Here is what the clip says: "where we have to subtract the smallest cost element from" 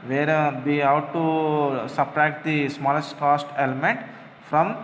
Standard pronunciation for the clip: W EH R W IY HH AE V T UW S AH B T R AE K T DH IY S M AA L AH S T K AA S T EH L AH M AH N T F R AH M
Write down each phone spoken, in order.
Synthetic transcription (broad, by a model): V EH R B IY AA W T UW S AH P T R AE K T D IY S M AA L AH S T K AA S T EH L AH M AH N T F R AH M